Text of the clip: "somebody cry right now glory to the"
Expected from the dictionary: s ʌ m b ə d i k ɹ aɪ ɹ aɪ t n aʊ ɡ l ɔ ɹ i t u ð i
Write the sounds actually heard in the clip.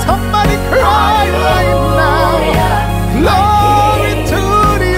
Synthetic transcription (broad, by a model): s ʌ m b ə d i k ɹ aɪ l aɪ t n aʊ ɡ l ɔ i t u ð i